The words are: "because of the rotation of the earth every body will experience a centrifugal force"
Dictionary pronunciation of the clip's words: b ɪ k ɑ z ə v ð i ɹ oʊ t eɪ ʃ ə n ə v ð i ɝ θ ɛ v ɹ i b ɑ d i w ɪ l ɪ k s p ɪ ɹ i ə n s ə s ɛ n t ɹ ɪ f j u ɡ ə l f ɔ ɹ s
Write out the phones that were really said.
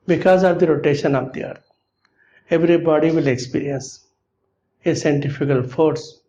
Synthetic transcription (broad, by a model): b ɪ k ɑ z ə v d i ɹ oʊ t eɪ ʃ ə n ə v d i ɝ t ɛ v ɹ i b ɑ d i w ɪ l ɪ k s p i ɹ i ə n s ə s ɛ n t ɪ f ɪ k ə l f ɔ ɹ s